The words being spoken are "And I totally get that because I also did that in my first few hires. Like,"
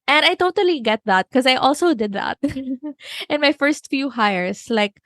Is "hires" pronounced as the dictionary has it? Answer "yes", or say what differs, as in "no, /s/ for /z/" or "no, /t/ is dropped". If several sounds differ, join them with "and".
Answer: no, /s/ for /z/